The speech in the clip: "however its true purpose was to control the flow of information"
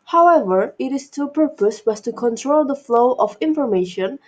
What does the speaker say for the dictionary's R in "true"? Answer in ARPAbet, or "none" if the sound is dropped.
none